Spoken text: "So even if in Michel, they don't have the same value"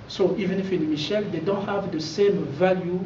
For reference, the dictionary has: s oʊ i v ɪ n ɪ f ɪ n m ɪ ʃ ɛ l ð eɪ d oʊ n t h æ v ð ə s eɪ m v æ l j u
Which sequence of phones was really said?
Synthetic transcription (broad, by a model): s oʊ i v ɪ n ɪ f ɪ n m ɪ ʃ ɛ l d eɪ d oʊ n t h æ v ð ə s eɪ m v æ l j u